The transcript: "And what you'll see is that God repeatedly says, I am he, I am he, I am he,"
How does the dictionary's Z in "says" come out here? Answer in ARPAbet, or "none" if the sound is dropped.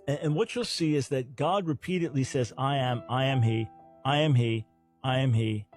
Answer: Z